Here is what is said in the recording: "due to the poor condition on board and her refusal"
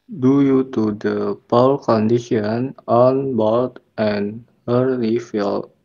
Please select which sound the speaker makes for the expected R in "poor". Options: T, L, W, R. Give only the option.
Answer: L